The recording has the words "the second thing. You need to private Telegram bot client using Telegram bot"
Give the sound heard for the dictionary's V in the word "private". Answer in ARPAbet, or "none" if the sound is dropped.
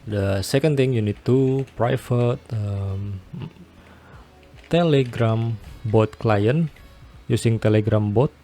F